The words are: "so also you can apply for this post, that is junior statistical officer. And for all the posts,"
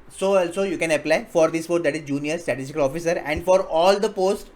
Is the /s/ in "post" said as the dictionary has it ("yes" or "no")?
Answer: no